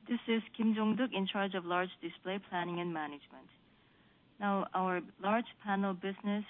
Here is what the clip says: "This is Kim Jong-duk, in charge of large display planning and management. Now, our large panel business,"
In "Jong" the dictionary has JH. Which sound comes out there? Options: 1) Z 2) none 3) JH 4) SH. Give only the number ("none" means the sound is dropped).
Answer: 3